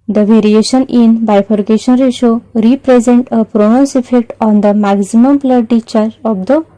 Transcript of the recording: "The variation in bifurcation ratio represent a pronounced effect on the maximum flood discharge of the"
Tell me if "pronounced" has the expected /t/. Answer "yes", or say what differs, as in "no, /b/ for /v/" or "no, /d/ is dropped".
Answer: no, /t/ is dropped